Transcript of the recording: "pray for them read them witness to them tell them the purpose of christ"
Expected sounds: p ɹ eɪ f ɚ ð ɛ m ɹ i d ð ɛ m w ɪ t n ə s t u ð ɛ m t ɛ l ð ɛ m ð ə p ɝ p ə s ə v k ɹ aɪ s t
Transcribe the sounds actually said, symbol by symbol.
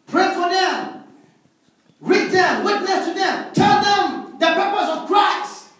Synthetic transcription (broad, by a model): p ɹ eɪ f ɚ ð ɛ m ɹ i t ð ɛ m w ɪ t n ə s t u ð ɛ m t ɛ l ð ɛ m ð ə p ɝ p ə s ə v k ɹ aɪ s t